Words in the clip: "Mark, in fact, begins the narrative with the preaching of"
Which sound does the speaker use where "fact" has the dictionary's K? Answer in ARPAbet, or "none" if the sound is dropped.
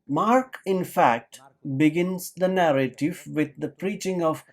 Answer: K